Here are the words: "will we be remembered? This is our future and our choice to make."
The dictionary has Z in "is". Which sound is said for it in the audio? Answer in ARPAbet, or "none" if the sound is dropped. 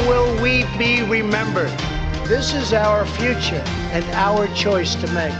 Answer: Z